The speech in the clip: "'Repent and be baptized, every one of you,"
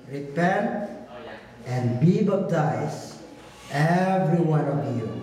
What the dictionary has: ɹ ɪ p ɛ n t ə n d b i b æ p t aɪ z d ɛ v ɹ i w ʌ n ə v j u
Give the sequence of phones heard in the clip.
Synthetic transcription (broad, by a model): ɹ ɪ p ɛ n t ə n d b i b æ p t aɪ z ɛ v ɹ i w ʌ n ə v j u